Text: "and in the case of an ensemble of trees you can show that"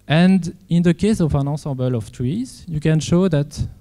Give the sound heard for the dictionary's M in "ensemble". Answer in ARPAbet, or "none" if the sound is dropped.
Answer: none